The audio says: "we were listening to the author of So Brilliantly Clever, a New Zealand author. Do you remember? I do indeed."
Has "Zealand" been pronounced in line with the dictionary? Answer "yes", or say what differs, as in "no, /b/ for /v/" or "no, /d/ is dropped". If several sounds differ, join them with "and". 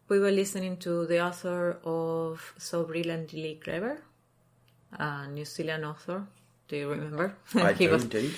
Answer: no, /s/ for /z/ and /d/ is dropped